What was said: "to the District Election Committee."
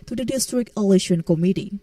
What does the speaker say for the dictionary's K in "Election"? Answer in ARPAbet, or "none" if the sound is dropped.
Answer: none